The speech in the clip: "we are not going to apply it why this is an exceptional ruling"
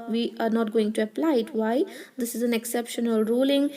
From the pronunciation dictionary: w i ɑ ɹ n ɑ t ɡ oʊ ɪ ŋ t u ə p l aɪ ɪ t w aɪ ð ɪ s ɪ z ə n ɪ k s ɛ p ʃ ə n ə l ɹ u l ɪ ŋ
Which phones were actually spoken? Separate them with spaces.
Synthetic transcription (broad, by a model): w i ɑ ɹ n ɑ t ɡ oʊ ɪ ŋ t u ə p l aɪ ɪ t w aɪ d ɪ s ɪ z ə n ɪ k s ɛ p ʃ ə n ə l ɹ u l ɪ ŋ